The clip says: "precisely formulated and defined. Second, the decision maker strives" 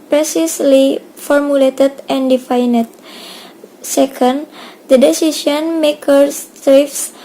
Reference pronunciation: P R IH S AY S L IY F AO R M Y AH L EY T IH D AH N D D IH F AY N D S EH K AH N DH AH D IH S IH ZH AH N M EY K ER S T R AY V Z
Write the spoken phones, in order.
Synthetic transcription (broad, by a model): P R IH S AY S L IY F AO R M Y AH L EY T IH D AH N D D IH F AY N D S EH K AH N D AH D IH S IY S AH N M EY K ER S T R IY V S